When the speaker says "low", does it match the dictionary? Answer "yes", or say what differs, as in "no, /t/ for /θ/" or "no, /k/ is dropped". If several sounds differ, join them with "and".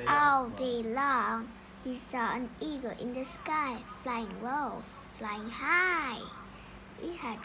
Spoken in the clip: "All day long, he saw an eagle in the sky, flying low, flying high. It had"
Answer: no, /w/ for /l/